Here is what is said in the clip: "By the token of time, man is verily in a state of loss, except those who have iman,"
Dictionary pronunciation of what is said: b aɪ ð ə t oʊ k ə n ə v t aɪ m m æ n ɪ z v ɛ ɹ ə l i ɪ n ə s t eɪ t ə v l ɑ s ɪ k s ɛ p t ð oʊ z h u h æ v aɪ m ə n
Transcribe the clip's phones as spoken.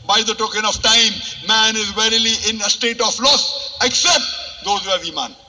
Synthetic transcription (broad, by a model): b aɪ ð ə t oʊ k ə n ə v t aɪ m m æ n ɪ z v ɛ ɹ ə l i ɪ n ə s t eɪ t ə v l ɑ s ɪ k s ɛ p t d oʊ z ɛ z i m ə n